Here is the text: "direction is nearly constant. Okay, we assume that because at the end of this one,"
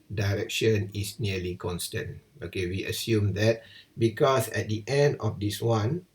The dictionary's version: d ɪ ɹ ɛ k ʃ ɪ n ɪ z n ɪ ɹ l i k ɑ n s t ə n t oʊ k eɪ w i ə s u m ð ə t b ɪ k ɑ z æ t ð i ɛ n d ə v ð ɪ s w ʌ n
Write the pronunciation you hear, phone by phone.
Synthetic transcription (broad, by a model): d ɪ ɹ ɛ k ʃ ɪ n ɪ s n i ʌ l i k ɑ n s t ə n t oʊ k eɪ w i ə s u m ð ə t b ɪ k ɑ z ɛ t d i ɛ n d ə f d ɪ s w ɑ n